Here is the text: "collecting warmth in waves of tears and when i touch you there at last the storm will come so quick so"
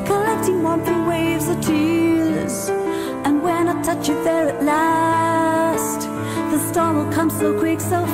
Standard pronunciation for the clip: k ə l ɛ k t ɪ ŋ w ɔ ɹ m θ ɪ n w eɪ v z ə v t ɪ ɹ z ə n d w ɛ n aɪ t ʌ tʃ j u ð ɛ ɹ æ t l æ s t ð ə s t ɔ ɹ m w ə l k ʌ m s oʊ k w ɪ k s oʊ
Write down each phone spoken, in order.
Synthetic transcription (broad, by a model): k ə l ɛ k t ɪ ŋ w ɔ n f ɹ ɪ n w eɪ v z ə v t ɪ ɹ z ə n w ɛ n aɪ t ʌ tʃ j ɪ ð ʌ ɹ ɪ t l æ s t ð ə s t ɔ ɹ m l k ʌ m s oʊ k w ɪ k s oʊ